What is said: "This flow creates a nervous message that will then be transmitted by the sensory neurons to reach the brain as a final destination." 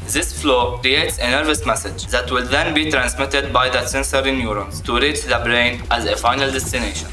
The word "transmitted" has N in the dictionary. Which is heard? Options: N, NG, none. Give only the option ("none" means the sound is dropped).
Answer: N